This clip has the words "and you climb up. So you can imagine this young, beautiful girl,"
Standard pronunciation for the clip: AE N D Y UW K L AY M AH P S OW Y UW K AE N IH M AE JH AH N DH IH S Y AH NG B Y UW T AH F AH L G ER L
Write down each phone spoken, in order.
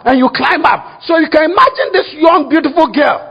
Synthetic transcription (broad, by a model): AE N Y UW K L AY M AH P S OW Y UW K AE N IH M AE JH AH N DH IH S Y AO NG B Y UW T AH F AH L G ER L